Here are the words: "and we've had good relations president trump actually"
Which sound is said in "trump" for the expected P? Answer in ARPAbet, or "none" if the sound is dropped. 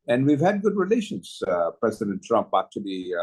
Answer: P